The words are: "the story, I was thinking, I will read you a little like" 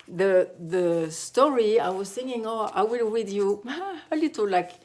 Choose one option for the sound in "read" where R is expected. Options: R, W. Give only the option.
W